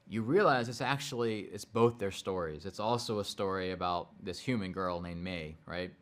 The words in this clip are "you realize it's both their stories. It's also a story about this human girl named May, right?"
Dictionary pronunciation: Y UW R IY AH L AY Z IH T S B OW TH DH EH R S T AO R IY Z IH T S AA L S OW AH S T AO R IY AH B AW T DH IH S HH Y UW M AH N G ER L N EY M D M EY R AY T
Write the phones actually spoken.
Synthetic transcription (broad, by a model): Y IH R IY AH L AY Z IH T S B OW TH DH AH R S T AO R IY Z IH T S AA L S OW AH S T AO R IY AH B AW T DH IH S HH Y UW M AH N G ER L N EY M M EY R AY T